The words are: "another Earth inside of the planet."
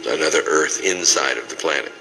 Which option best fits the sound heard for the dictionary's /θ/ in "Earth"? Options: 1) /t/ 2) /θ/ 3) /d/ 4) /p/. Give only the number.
2